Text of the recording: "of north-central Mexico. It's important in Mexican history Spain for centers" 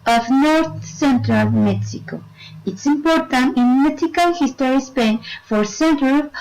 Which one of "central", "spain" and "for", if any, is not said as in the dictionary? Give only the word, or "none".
none